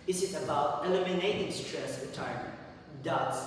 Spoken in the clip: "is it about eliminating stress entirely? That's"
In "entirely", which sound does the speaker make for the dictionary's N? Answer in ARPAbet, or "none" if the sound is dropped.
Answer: none